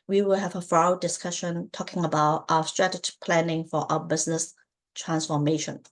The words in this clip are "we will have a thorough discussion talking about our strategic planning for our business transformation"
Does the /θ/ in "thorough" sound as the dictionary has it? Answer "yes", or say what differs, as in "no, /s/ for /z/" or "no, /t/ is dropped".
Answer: no, /f/ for /θ/